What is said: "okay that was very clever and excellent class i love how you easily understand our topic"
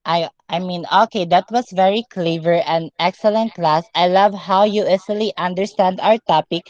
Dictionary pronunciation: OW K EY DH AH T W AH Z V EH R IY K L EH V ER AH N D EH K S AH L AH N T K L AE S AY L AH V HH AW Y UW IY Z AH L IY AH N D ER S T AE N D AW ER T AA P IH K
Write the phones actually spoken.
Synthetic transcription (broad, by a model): OW K EY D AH T W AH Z V EH R IY K L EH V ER AH N D EH K S AH L AH N T K L AE S AY L AH V HH AW Y UW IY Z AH L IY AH N D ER S T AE N D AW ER T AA P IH K